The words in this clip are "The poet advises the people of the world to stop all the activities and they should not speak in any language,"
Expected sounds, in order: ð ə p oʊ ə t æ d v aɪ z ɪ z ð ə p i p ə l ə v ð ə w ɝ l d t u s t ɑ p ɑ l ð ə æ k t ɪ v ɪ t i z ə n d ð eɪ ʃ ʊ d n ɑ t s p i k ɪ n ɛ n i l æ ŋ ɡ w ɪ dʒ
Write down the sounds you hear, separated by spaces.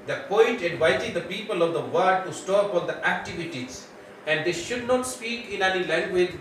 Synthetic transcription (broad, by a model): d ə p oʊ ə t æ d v aɪ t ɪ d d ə p i p ə l ə v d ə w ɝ d t u s t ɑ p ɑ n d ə æ k t ɪ v ɪ t i z ə n d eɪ ʃ ʊ d n ɑ t s p i k ɪ n ɛ n i l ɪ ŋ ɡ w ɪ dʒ